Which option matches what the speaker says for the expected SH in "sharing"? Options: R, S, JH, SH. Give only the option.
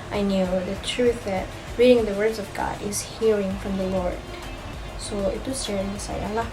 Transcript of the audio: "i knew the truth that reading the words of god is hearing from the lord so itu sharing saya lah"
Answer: S